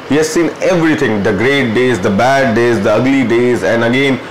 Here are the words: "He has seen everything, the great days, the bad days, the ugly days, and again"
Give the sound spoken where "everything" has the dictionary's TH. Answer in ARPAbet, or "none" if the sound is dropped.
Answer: T